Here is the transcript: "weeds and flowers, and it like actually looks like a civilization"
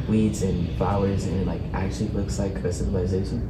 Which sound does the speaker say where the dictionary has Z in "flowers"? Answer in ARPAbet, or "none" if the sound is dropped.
Z